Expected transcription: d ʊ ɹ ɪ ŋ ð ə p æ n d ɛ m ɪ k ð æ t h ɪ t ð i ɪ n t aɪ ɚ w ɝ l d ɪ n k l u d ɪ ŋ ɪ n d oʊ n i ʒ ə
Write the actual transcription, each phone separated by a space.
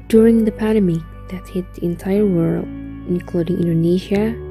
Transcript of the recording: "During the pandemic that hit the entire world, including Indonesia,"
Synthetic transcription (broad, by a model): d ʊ ɹ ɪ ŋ ð ə p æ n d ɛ m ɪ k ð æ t h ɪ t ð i ɪ n t aɪ ɚ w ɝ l ɪ n k l u d ɪ ŋ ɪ n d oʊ n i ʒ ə